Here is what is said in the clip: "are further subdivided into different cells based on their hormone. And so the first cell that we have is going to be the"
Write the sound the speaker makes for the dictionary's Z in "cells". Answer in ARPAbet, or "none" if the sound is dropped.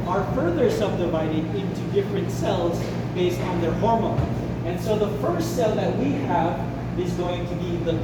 Z